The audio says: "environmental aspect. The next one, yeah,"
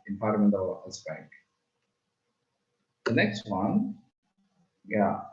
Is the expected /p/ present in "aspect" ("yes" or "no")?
no